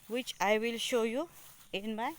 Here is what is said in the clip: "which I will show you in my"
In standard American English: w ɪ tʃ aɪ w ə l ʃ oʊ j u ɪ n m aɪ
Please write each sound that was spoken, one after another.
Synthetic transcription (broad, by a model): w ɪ tʃ aɪ w ə l ʃ oʊ j u ɪ n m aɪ